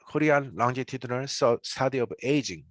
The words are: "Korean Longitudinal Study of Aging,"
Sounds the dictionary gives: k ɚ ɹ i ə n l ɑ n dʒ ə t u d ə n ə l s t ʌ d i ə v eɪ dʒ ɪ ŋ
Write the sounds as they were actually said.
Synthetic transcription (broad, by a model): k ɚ ɹ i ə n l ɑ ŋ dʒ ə t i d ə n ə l s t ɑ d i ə b eɪ dʒ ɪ ŋ